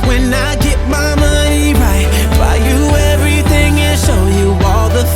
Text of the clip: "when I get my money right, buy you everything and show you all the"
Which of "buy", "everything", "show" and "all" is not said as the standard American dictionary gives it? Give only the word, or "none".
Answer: none